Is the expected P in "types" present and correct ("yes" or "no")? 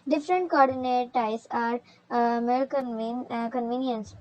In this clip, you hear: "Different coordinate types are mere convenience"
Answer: no